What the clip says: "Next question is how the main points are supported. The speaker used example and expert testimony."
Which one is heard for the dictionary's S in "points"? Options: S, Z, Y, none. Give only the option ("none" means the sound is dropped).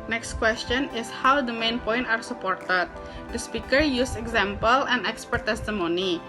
none